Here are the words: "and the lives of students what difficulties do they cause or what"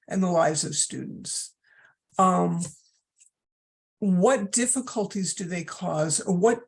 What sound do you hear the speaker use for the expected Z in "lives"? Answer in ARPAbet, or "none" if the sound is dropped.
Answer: Z